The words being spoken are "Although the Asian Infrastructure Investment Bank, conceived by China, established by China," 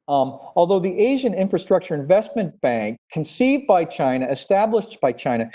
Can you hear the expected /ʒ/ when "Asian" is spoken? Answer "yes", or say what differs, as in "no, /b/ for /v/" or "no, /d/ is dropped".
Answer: yes